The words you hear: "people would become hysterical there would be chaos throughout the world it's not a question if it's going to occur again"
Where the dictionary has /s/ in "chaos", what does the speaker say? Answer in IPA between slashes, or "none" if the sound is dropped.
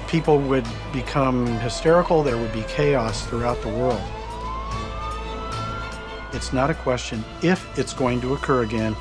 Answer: /s/